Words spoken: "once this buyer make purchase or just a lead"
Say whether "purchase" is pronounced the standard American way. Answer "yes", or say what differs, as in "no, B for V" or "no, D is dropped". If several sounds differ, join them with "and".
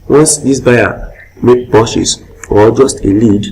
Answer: no, SH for CH